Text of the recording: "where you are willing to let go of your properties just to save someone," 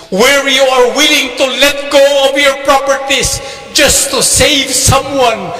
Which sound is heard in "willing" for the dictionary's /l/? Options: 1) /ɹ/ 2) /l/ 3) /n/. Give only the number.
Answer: 2